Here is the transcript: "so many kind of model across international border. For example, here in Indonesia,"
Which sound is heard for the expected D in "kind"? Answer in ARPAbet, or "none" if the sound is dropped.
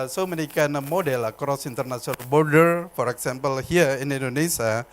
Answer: none